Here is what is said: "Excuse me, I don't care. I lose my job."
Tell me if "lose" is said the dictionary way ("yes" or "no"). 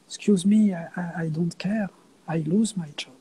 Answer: yes